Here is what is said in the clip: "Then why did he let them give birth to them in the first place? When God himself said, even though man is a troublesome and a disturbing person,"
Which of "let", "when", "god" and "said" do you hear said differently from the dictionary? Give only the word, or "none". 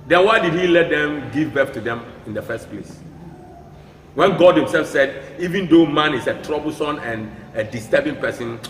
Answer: none